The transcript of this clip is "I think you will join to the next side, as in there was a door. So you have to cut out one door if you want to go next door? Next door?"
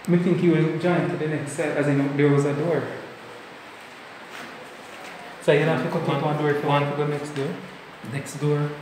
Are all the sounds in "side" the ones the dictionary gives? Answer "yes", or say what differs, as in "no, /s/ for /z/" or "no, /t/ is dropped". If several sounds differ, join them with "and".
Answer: no, /d/ is dropped